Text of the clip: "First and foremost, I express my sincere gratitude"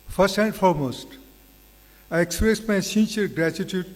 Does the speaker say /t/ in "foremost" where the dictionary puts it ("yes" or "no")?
yes